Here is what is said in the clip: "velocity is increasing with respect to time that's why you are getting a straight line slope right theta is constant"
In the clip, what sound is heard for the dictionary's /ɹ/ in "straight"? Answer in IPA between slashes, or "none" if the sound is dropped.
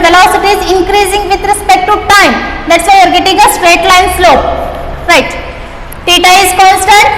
/ɹ/